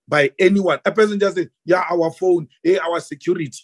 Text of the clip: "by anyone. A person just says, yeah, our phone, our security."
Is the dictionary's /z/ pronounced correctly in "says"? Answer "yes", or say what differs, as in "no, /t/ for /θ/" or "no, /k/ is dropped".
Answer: no, /z/ is dropped